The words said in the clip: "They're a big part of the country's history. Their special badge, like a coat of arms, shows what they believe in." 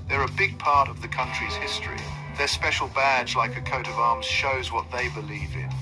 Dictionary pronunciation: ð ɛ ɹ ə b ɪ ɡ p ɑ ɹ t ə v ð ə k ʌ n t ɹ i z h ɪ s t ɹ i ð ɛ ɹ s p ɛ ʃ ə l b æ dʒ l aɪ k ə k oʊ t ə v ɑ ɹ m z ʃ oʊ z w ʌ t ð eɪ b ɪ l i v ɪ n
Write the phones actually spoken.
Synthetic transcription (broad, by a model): ð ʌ ɹ ə b ɪ ɡ p ɑ ɹ t ə v ð ə k ʌ n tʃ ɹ i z h ɪ s t ɹ i ð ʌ ɹ s p ɛ ʃ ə l b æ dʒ l aɪ k ə k oʊ t ə v ɑ ɹ m z ʃ oʊ z w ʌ t ð eɪ b ɪ l i v ɪ n